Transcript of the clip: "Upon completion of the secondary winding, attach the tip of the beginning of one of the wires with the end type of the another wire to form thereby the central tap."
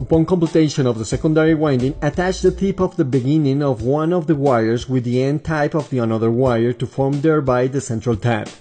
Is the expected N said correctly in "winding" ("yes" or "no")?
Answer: yes